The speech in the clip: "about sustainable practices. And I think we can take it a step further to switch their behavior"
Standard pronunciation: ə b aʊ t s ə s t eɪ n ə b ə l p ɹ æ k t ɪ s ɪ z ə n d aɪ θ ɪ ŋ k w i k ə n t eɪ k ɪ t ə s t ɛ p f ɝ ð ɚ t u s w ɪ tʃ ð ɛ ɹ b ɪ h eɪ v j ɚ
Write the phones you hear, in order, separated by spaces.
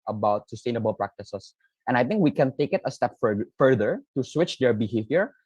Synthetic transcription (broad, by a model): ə b aʊ t s ə s t eɪ n ə b ə l p ɹ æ k t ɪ s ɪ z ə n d aɪ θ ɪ ŋ k w i k ə n t eɪ k ɪ t ə s t ɛ p f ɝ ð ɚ t u s w ɪ tʃ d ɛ ɹ b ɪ h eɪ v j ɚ